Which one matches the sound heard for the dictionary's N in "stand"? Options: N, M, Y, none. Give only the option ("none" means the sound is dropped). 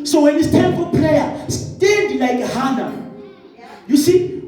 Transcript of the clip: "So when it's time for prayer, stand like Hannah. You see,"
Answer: none